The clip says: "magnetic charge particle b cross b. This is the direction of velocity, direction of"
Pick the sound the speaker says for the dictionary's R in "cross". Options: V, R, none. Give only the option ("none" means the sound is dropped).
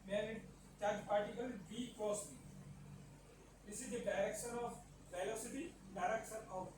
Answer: none